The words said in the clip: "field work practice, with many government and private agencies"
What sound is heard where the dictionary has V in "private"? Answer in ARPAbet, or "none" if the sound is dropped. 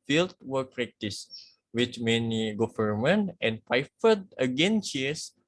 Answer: F